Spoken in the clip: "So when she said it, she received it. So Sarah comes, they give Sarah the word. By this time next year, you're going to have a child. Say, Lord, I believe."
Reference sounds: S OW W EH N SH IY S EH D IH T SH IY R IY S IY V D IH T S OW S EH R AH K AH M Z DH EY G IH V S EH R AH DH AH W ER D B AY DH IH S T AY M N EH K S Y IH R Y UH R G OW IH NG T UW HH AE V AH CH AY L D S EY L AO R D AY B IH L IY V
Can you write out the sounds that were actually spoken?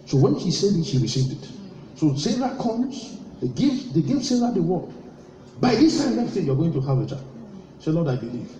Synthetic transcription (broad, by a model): S OW W EH N SH IY S EH D IH T SH IY R IY S IY V D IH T S OW S EH R AH K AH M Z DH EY G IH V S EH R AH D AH W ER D B AY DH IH S T AY M L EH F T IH Y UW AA G OW IH NG T UW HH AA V AH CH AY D S EY L AO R D AY B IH L IY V